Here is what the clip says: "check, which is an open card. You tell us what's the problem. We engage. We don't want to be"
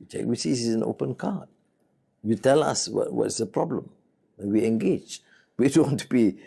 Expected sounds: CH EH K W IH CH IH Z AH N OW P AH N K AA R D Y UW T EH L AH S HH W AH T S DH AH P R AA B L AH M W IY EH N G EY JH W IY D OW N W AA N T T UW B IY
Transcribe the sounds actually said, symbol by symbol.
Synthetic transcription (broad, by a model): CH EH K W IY S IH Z AH N OW P AH N K AA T Y UW T EH L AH S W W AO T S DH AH P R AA B L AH M W IY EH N G EY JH W IY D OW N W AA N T T UW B IY